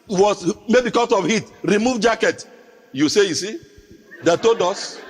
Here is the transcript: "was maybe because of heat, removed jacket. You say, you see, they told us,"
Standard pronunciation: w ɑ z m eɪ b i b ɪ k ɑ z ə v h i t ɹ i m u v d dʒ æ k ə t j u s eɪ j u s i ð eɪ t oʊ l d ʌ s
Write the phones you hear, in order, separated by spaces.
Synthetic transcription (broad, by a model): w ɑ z m eɪ b i k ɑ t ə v h i t ɹ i m u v dʒ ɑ k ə t j u s eɪ j u s i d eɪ t oʊ d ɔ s